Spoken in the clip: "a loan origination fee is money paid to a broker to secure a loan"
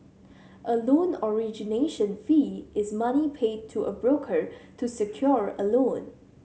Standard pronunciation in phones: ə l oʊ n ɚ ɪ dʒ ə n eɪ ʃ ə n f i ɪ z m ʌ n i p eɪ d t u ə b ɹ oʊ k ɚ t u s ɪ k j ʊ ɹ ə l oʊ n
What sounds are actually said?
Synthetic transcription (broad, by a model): ə l oʊ n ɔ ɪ dʒ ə n eɪ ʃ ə n f i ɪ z m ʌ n i p eɪ d t u ə b ɹ oʊ k ɚ t u s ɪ k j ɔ ɹ ə l oʊ n